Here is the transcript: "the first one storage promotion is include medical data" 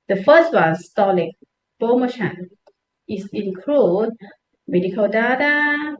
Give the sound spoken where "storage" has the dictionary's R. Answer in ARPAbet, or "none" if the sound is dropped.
L